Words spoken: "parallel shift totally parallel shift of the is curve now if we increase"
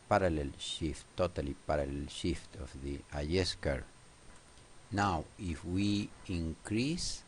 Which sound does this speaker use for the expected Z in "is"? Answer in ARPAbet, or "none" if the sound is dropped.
S